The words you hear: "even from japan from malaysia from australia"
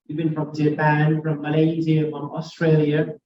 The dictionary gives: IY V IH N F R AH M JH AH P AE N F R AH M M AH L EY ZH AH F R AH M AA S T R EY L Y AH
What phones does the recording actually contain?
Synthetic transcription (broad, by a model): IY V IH N F R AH M JH AH P AE N F R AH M M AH L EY Z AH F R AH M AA S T R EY L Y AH